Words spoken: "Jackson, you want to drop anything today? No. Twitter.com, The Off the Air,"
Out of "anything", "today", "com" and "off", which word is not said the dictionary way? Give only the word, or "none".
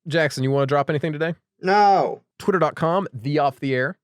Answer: none